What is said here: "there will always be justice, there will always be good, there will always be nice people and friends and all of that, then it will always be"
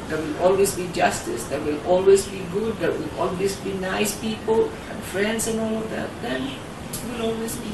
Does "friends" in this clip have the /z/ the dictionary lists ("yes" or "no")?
no